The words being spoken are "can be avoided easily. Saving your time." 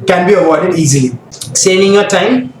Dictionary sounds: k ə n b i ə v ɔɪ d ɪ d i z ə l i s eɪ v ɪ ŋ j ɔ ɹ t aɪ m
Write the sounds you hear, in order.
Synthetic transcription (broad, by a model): k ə n b i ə w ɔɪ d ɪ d i z ə l i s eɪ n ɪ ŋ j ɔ t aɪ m